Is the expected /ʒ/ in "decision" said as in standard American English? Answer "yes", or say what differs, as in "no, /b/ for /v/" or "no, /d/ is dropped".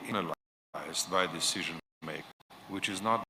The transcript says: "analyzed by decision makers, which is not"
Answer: yes